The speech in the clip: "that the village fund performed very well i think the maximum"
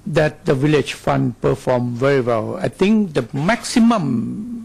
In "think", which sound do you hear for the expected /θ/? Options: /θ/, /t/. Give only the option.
/t/